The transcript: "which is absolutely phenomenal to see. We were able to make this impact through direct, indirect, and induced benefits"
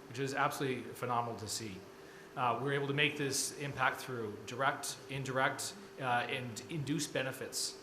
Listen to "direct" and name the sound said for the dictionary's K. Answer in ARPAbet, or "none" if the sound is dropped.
K